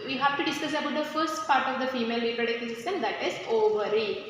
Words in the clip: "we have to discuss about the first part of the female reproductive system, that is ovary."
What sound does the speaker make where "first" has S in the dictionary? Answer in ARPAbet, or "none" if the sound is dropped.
S